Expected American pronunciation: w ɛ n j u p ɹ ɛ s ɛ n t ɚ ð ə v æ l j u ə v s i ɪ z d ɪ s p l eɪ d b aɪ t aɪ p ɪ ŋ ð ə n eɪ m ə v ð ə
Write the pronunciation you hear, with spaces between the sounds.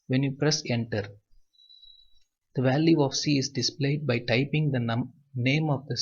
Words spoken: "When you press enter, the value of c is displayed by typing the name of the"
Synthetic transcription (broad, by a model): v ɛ n j u p ɹ ɛ s ɛ n t ɚ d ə v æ l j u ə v s i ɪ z d ɪ s p l eɪ d b aɪ t aɪ p ɪ ŋ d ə n eɪ m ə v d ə